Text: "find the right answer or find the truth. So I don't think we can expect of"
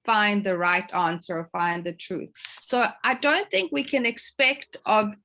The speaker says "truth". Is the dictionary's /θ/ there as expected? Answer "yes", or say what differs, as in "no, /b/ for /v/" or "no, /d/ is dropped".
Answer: yes